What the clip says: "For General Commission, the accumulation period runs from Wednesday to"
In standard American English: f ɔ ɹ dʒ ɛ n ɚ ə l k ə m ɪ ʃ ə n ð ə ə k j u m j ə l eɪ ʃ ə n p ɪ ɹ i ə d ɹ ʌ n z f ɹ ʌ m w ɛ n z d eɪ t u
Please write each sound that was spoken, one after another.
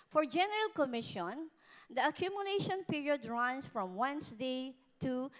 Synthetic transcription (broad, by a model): f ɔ ɹ dʒ ɛ n ɚ ə l k ə m ɪ ʃ ə n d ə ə k j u m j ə l eɪ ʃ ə n p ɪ ɹ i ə d ɹ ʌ n s f ɹ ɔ m w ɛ n s d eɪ t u